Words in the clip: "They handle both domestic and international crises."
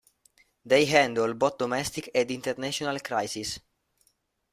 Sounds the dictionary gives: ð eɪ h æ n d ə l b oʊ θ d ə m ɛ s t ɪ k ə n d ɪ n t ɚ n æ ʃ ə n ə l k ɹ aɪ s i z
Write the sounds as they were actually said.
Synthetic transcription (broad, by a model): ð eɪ h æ n d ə l b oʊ t d ə m ɛ s t ɪ k ə n d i n t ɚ n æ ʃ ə n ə l k ɹ aɪ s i s